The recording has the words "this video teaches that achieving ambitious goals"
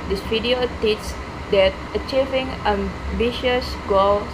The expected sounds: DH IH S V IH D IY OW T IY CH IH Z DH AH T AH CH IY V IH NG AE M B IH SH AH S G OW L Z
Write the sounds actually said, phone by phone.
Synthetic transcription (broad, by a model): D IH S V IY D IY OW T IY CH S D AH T AH CH IY V IH NG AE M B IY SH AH S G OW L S